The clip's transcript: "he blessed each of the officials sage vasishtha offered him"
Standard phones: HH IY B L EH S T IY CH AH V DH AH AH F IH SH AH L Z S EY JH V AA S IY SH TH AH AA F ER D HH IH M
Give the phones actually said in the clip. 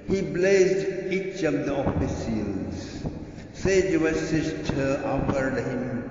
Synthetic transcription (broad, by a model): HH IY B L EH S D IY CH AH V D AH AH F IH S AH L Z S EY JH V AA S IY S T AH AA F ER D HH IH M